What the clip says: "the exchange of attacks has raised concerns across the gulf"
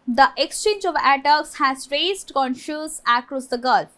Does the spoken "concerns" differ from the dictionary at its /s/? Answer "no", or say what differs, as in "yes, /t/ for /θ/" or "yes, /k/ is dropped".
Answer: yes, /ʃ/ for /s/